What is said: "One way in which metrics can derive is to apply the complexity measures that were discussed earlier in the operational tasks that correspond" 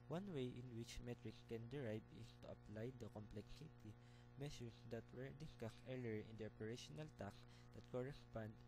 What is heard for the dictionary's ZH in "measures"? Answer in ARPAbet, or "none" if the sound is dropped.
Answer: S